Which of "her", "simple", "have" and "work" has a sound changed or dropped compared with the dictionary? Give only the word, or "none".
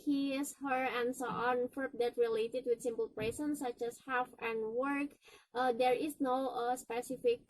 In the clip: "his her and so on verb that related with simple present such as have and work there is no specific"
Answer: have